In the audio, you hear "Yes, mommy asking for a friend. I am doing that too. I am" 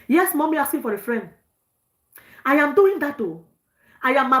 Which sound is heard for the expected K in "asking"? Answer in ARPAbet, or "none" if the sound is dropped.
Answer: none